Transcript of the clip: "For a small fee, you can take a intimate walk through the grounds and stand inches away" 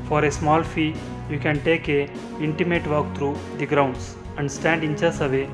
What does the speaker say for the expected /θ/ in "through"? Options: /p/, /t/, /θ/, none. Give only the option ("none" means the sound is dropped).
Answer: /t/